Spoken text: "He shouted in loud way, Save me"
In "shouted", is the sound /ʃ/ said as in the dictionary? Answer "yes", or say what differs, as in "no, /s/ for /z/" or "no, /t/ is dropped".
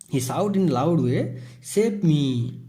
no, /s/ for /ʃ/